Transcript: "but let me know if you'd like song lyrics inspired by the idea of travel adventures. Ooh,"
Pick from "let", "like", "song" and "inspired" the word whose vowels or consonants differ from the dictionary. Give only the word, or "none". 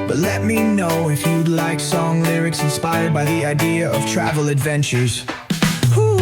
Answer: none